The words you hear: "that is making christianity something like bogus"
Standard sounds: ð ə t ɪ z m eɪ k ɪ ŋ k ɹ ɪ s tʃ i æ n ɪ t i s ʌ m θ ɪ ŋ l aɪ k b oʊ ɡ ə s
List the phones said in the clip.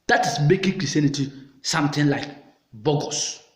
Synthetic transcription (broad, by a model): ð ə t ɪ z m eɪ k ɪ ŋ k ɹ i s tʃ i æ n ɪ t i s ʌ m t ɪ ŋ l aɪ k b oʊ ɡ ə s